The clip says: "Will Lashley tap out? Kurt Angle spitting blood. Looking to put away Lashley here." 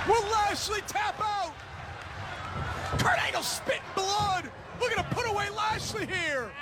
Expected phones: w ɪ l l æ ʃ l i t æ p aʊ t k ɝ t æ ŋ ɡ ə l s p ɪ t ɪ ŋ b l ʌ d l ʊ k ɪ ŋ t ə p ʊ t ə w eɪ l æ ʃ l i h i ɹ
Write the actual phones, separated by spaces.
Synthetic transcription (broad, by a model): w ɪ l l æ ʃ l i t æ p aʊ t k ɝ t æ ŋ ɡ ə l s p ɪ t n b l ʌ d w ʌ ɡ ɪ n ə p ʊ t ə w eɪ l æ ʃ l i h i ɹ